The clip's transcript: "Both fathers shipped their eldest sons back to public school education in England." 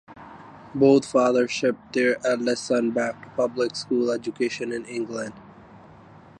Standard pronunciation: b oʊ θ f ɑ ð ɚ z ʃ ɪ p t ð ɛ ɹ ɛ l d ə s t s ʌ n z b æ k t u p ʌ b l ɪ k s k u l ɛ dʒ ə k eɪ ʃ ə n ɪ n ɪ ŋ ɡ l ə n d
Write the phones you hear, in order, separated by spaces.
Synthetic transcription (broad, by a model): b oʊ t f ɑ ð ɚ ʃ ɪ p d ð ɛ ɹ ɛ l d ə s s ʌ n b æ k t u p ʌ b l ɪ k s k u l ɛ dʒ ə k eɪ ʃ ə n ɪ n ɪ ŋ ɡ l ə n d